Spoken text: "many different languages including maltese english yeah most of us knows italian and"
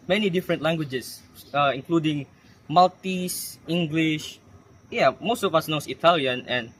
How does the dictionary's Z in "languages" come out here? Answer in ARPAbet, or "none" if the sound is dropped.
S